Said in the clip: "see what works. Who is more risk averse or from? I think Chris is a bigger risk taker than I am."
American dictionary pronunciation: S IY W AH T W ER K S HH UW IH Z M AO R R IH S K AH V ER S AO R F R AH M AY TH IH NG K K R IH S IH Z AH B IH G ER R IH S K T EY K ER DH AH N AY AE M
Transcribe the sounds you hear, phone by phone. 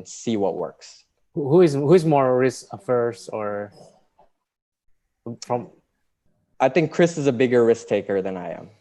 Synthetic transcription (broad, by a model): S IY W AH T W ER K S HH UW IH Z M AO R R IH S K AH F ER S AO R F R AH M AY TH IH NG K K R IH S IH Z AH B IH G ER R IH S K T EY K ER DH AH N AY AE M